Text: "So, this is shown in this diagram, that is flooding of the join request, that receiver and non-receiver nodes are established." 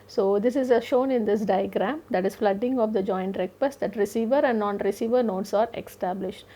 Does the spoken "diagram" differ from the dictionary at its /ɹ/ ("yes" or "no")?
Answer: no